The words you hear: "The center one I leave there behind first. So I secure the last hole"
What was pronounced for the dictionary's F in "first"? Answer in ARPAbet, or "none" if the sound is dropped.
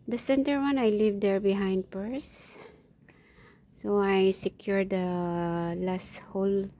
P